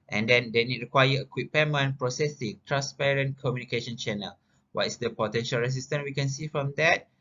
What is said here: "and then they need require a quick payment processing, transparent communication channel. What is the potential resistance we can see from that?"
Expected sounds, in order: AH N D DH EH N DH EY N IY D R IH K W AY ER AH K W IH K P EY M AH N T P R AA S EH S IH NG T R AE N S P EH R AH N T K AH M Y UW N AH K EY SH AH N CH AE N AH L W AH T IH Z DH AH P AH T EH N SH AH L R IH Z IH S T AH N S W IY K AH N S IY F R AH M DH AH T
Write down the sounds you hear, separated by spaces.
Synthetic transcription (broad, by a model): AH N D EH N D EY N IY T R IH K W AY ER AH K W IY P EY M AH N P R AA S EH S IH NG T R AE N S P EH R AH N K AH M Y UW N AH K EY SH AH N CH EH N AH L W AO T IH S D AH P AH T EH N SH AH L R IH S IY S T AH N W IY K AH N S IY F R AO M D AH T